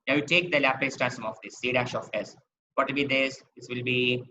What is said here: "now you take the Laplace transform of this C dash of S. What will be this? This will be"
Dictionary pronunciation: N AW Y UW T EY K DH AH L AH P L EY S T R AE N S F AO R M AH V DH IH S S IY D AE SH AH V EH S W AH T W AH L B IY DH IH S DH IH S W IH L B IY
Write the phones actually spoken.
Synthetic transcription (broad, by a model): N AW Y UW T EY K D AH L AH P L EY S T AE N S AO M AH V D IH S S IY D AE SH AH F EH S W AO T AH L B IY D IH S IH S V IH L B IY